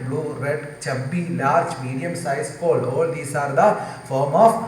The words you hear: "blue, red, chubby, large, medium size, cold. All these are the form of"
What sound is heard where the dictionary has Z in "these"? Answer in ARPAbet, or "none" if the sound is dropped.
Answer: S